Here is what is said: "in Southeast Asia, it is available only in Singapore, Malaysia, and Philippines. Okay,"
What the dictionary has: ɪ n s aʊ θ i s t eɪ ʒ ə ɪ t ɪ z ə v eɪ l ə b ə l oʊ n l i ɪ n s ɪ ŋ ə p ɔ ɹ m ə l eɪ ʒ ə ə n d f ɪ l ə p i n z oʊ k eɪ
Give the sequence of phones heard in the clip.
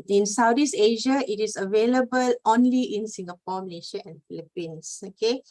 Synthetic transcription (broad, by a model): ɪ n s aʊ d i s eɪ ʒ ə ɪ t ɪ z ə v eɪ l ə b ə l oʊ n l i ɪ n s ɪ ŋ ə p ɔ m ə l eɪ ʃ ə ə n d f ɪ l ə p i n s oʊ k eɪ